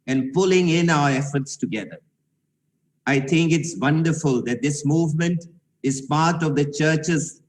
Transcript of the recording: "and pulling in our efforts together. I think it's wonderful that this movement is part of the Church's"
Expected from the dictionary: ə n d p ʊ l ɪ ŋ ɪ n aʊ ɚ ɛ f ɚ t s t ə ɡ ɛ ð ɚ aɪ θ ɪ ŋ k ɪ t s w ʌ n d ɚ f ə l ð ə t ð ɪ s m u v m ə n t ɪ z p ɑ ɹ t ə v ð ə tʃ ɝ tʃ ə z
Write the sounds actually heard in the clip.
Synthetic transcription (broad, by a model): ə n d p ʊ l ɪ ŋ ɪ n aʊ ɚ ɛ f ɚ t s t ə ɡ ɛ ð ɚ aɪ t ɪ ŋ k ɪ t s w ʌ n d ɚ f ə l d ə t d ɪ s m u v m ə n t ɪ z p ɑ ɹ t ə v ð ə tʃ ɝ tʃ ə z